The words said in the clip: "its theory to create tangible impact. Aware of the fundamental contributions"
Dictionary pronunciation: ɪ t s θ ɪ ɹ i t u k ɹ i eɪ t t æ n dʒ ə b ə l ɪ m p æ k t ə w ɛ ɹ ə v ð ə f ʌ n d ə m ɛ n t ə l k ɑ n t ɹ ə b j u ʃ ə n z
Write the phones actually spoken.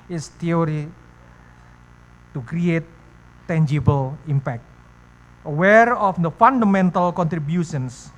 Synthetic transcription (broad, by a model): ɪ s t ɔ ɹ i t u k ɹ i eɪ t t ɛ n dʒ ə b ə l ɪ m p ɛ k t ə w ɛ ɹ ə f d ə f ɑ n d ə m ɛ n t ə l k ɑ n t ɹ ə b j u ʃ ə n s